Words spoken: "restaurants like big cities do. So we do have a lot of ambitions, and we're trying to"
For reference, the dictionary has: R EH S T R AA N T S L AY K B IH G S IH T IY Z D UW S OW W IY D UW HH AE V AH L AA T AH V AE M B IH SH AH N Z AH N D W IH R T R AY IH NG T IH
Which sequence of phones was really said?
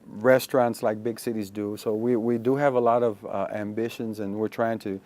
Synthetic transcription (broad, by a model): R EH S T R AA N T S L AY K B IH G S IH T IY Z D UW S OW W IY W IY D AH V AH L AA T AH V AE M B IH SH AH N Z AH N W IH R T R AY IH NG T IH